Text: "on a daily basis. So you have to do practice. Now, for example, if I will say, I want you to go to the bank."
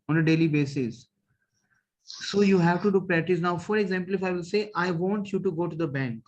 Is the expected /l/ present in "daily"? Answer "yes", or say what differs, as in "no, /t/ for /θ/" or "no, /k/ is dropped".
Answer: yes